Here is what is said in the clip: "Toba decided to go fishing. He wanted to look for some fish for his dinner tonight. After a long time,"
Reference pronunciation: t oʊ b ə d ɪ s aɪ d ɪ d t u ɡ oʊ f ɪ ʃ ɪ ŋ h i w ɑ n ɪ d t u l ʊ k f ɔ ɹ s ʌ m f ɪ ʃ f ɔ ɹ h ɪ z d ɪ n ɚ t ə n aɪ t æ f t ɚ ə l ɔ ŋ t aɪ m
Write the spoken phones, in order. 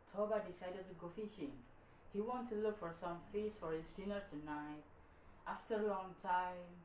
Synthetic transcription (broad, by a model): t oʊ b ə d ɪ s aɪ d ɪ d t u ɡ oʊ f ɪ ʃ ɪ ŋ h i w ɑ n t u l ʊ k f ɔ ɹ s ʌ m f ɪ s f ɔ ɹ h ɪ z d ɪ n ɚ t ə n aɪ t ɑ f t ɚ ə l ɔ ŋ t aɪ m